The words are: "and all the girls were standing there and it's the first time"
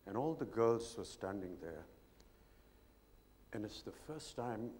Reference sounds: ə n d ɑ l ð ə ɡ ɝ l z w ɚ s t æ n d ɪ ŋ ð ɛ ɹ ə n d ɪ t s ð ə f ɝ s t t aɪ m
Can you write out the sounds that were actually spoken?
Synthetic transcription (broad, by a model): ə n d ɑ l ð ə ɡ ɝ l z w ɚ s t æ n d ɪ ŋ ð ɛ ɹ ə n ɪ t s ð ə f ɝ s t t aɪ m